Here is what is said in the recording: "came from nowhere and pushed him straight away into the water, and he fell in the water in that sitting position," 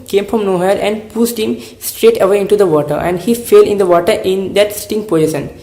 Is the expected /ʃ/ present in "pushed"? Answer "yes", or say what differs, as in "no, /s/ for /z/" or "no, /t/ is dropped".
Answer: no, /s/ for /ʃ/